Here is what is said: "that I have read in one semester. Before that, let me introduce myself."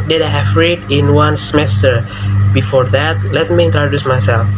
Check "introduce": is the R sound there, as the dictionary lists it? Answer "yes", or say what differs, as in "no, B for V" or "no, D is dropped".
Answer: yes